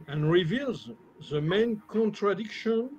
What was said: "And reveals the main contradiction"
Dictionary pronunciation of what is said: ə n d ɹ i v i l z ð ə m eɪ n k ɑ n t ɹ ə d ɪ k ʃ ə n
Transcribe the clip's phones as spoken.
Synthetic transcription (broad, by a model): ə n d ɹ i v i l z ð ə m eɪ n k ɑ n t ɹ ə d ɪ k ʃ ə n